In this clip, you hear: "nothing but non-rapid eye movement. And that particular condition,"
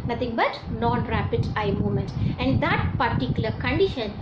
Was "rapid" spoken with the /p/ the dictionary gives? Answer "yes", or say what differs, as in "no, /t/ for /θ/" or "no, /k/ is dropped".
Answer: yes